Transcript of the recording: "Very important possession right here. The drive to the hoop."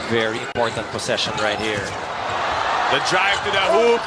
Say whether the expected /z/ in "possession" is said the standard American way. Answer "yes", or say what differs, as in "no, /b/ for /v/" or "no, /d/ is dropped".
no, /s/ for /z/